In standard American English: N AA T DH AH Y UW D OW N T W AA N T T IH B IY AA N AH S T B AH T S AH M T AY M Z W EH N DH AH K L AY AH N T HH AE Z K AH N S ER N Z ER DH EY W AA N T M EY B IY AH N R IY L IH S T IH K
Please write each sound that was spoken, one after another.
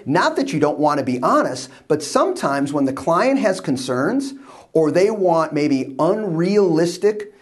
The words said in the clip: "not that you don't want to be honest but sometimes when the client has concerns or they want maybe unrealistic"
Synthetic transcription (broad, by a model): N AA T DH AH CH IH D OW N T W AA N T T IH B IY AA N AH S T B AH T S AH M T AY M Z W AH N DH AH K L AY AH N T HH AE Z K AH N S ER N Z ER DH EY W AA N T M EY B IY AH N R IY L IH S T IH K